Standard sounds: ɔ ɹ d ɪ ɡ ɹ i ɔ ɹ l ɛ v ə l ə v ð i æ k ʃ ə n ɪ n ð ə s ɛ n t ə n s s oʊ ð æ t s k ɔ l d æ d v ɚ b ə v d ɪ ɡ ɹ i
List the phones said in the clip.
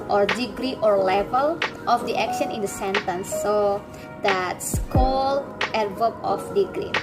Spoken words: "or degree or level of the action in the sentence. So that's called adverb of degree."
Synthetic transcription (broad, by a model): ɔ ɹ d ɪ ɡ ɹ i ɔ ɹ l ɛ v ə l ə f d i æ k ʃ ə n ɪ n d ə s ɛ n t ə n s s oʊ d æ t s k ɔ l ɛ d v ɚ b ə f d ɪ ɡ ɹ i